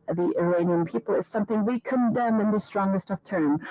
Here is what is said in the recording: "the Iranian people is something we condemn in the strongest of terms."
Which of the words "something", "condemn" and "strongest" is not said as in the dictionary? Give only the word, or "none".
none